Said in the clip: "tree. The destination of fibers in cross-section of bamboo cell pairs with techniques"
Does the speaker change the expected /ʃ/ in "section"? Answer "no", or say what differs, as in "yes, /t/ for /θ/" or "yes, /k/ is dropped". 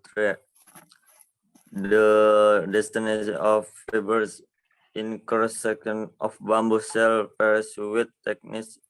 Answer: yes, /ʃ/ is dropped